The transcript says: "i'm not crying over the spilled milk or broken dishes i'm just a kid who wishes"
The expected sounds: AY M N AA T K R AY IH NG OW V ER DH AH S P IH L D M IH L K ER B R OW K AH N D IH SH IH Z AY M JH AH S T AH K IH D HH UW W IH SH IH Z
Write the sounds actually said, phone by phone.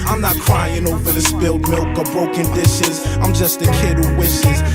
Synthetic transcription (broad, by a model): AY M N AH T K R AY IH NG OW V ER DH AH S B IH L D M IH L K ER B R OW K AH N D IH SH IH Z AY M JH AH S T AH K IH D HH UW W IH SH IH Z